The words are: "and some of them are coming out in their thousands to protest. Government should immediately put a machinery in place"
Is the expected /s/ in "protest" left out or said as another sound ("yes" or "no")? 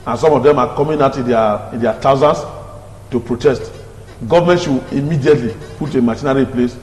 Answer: no